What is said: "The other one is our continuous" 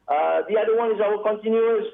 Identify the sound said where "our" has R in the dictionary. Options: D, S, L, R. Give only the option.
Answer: L